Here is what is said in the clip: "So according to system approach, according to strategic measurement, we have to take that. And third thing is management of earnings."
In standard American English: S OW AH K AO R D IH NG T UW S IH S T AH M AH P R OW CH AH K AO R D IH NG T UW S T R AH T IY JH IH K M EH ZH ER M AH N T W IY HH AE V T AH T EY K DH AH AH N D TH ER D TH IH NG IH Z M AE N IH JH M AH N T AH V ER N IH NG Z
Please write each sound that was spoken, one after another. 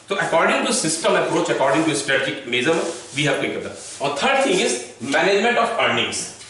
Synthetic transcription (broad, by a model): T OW AH K AO R D IH NG T UW S IH S T AH M AH P R OW CH AH K AO R D IH NG T UW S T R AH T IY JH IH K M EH Z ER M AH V IY HH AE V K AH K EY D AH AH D T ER D T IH NG IH Z M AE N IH JH M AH N T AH P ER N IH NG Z